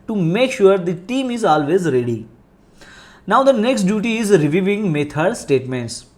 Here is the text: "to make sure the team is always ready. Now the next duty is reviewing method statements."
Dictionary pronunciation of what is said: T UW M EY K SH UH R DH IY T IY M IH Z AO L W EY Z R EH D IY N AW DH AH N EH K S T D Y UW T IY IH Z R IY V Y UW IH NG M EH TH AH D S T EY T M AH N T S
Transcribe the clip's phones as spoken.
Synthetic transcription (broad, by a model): T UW M EY K SH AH R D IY T IY M IH Z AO L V EY Z R EH D IY N AW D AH N EH K S T D Y UW T IY IH Z R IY V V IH NG M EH T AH D S T EY T M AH N T S